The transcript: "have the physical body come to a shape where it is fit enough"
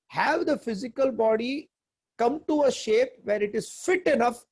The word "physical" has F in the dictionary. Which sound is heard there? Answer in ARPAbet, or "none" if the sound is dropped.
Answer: F